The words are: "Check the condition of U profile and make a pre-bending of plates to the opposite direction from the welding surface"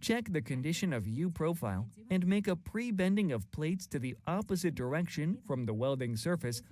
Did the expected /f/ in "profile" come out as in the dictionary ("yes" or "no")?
yes